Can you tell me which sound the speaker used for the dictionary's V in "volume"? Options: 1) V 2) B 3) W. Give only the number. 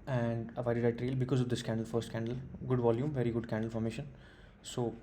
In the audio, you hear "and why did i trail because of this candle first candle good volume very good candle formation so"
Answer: 1